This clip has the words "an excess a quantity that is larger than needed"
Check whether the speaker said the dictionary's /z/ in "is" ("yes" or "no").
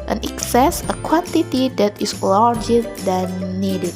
no